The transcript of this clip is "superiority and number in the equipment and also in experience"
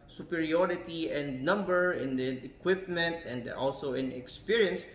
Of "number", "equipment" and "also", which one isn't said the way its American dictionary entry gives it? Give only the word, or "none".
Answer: none